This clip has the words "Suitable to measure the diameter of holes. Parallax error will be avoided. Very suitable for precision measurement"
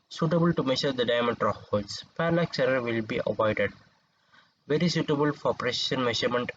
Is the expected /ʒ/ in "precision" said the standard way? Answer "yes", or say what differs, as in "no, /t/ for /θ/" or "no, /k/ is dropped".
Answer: no, /ʃ/ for /ʒ/